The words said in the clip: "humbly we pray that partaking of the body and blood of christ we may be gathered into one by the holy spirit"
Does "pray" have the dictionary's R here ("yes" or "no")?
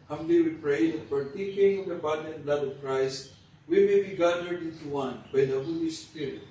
yes